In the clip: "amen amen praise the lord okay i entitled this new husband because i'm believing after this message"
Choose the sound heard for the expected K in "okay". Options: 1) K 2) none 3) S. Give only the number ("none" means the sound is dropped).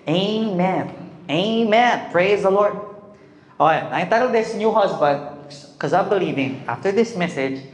2